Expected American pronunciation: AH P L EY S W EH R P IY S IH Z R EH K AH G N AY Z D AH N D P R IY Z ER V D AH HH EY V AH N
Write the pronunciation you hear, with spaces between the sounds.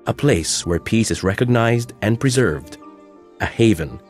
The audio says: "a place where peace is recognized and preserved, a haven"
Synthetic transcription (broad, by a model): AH P L EY S W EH R P IY S IH Z R EH K AH G N AY Z D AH N P R IY Z ER V D AH HH EY V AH N